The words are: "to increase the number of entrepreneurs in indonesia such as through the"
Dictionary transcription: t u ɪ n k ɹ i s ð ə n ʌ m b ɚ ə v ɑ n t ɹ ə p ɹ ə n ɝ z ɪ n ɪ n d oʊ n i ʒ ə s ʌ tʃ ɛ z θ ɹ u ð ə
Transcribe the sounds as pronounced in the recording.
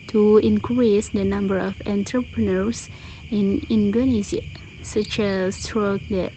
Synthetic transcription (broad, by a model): t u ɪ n k ɹ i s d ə n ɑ m b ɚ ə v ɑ n t ɹ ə p ɹ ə n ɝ s ɪ n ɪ n d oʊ n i z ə s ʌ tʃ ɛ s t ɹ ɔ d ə